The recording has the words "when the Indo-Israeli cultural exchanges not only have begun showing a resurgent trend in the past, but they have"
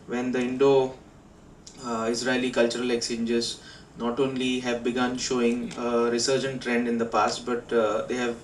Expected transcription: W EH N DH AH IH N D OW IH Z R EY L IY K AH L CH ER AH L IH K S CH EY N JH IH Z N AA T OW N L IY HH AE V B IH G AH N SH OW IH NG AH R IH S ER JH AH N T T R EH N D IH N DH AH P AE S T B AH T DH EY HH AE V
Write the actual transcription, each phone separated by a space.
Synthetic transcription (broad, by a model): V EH N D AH IH N D OW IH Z R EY L IY K AH L CH ER AH L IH K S EY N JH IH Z N AA T OW N L IY HH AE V B IH G AH N SH OW IH NG AH R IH S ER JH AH N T T R EH N D IH N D AH P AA S T B AH T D EY HH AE V